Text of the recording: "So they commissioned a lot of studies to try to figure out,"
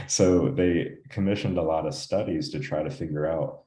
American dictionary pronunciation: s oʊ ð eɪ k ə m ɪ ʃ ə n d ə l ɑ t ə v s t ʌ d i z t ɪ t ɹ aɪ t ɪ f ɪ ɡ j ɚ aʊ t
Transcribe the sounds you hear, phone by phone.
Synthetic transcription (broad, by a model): s oʊ ð eɪ k ə m ɪ ʃ ə n d ə l ɑ t ə v s t ʌ d i z t ɪ t ɹ aɪ t ɪ f ɪ ɡ j ɚ aʊ t